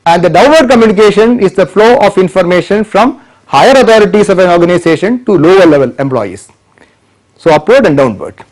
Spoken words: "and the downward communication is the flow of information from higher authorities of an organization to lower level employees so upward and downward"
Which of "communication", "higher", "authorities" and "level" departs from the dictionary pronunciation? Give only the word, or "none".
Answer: authorities